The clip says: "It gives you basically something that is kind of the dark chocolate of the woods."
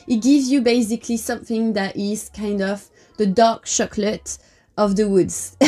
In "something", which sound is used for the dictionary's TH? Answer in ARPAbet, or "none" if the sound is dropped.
TH